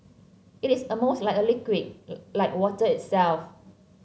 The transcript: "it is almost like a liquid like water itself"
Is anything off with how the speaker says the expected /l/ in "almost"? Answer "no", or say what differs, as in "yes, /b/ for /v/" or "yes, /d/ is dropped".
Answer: yes, /l/ is dropped